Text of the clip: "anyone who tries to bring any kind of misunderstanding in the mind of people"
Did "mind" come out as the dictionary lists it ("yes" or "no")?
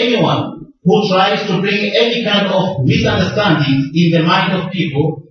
yes